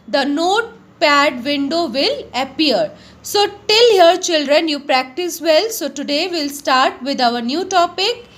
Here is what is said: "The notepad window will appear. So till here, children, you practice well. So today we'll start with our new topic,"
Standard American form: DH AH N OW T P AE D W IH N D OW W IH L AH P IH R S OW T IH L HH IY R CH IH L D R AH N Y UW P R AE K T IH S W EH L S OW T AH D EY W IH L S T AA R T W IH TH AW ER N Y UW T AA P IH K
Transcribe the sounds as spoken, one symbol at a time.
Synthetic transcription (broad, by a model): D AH N OW T P AE D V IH N D OW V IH L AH P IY R S OW T IH L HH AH R CH IH L D R AH N Y UW P R AE K T IH S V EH L S OW T AH D EY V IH L S T AA R T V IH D AW ER N Y UW T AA P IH K